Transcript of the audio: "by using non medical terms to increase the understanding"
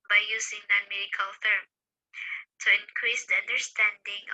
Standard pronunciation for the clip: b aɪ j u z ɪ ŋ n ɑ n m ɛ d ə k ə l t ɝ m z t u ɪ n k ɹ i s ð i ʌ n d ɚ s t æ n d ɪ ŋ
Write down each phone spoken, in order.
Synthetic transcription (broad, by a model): b aɪ j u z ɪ ŋ n ɑ n m ɛ d ə k ə l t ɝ m t u ɪ n k ɹ i s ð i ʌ n d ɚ s t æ n d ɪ ŋ